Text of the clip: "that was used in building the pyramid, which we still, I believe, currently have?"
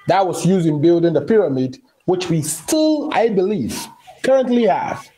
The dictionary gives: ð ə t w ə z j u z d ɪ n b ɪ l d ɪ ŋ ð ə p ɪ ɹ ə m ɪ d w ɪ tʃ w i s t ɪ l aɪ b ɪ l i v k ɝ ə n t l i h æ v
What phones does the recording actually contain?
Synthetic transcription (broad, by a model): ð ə t w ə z j u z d ɪ n b ɪ l d ɪ ŋ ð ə p ɪ ɹ ə m ɪ d w ɪ tʃ w i s t ɪ l aɪ b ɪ l i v k ɝ ə n t l i h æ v